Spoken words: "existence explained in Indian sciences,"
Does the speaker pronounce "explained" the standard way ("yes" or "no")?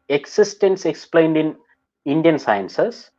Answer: yes